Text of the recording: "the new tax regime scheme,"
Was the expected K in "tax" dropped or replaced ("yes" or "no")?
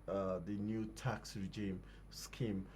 no